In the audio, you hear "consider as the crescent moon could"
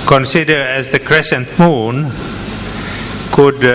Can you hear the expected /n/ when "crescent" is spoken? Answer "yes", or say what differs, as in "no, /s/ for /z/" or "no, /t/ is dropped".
yes